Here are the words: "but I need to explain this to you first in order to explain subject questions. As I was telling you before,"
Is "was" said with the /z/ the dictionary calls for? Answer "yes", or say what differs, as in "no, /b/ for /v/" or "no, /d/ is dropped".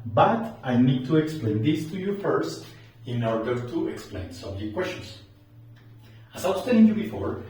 no, /s/ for /z/